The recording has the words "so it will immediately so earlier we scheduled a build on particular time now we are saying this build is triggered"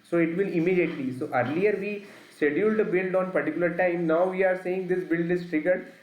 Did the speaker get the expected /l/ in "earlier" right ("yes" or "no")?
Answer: yes